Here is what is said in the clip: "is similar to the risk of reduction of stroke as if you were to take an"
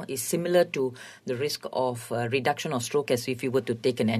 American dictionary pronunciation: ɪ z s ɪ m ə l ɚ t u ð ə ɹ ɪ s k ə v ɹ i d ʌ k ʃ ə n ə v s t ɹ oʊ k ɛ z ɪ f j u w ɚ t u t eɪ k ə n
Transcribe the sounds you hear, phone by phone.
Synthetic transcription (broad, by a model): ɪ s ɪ m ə l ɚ t u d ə ɹ ɪ s k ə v ɹ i d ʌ k ʃ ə n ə f s t ɹ oʊ k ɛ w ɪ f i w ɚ t u t eɪ k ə n